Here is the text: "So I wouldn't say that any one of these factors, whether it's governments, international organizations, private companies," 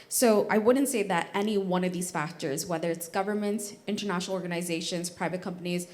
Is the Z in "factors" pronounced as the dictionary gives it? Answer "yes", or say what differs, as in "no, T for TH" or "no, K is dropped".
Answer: yes